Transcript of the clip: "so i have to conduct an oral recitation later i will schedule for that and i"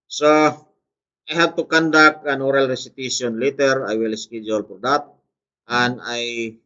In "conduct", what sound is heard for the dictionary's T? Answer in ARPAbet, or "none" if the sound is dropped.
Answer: none